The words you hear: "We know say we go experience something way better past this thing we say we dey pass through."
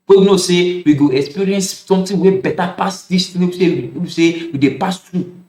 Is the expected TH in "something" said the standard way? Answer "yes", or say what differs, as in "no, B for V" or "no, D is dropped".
no, T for TH